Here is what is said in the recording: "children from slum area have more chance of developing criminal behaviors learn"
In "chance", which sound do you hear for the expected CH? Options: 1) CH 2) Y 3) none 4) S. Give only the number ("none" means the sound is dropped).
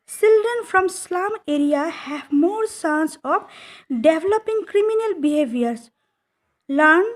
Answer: 4